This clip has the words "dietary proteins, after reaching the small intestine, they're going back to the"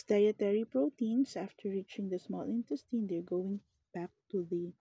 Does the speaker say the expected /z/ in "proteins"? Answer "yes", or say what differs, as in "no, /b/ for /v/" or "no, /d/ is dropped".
no, /s/ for /z/